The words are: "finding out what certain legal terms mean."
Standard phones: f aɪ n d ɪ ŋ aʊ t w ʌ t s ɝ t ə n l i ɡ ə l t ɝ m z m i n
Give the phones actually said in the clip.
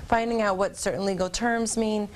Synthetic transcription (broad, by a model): f aɪ n d ɪ ŋ aʊ t w ʌ t s ɝ t n l i ɡ l t ɝ m z m i n